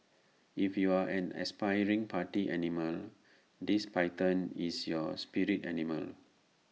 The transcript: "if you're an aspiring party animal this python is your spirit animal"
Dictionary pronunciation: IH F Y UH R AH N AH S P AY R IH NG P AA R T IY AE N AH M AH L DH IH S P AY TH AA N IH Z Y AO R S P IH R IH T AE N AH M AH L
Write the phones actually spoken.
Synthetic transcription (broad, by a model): IH F Y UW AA AH N AH S P AY R IH NG P AA T IY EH N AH M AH L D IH S P AY T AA N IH S Y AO S P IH R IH T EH N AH M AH L